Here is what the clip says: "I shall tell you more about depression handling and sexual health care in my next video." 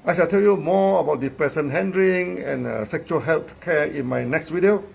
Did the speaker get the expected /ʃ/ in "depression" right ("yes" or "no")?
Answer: no